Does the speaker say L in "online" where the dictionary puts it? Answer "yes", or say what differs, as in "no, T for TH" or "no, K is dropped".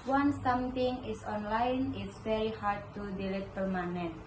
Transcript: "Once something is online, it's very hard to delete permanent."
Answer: yes